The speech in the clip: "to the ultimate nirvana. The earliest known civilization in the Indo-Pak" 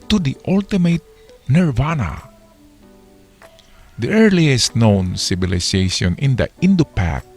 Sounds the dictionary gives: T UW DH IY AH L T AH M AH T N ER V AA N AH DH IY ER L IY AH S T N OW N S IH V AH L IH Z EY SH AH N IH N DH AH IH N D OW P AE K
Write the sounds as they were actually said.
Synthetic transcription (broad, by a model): T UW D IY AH L T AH M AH T N ER V AA N AH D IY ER L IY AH S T N OW N S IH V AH L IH S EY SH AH N IH N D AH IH N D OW P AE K